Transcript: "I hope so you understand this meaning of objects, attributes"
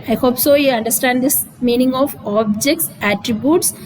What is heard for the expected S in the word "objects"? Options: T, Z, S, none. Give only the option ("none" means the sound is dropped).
S